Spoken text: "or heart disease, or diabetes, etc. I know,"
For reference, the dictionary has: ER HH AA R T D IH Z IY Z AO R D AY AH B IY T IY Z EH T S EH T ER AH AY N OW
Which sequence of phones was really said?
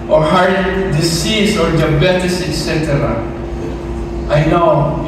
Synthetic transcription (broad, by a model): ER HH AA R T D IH S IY S AO R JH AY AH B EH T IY S EH T S EH T ER AH AY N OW